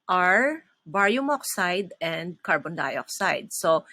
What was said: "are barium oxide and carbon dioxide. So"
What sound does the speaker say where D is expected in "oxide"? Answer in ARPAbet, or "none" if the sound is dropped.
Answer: D